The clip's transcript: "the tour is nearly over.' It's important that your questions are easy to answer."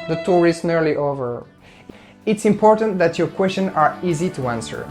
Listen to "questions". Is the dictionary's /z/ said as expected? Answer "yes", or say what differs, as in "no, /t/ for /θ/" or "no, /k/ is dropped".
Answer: no, /z/ is dropped